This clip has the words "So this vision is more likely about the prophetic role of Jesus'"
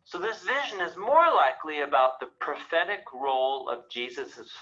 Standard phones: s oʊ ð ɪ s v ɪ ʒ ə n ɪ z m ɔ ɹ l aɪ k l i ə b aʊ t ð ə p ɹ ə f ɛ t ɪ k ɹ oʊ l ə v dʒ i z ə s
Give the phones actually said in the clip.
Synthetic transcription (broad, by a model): s oʊ ð ɪ s v ɪ ʒ ə n ɪ z m ɔ ɹ l aɪ k l i ə b aʊ t ð ə p ɹ ə f ɛ t ɪ k ɹ oʊ l ə v dʒ i z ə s